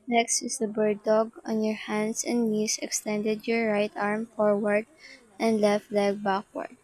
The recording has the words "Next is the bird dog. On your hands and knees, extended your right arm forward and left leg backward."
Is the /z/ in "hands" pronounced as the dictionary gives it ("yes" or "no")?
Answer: no